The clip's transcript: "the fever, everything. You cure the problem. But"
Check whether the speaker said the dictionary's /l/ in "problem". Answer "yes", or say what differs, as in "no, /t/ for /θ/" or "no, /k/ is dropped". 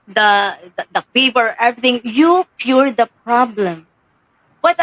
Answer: yes